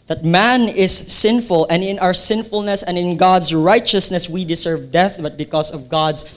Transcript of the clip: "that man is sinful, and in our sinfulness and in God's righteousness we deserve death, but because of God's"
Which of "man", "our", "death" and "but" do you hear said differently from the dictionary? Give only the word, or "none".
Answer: none